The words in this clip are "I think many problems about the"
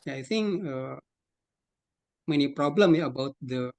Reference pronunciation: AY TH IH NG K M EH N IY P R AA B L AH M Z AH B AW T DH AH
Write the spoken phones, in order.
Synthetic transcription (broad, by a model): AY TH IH NG K M EH N IY P R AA B L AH M AH B AW T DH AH